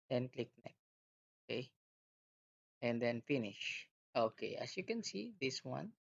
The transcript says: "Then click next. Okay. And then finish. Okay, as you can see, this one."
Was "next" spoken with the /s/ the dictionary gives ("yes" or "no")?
no